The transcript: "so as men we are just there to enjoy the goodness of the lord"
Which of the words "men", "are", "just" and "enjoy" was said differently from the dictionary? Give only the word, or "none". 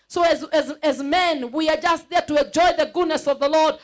none